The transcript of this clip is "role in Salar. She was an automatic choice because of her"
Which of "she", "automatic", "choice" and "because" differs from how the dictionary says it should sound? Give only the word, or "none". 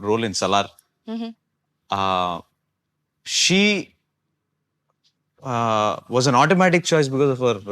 none